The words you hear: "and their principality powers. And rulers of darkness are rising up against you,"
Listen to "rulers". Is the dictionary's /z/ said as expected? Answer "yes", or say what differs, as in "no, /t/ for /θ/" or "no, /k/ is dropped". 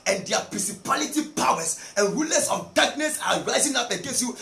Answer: no, /s/ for /z/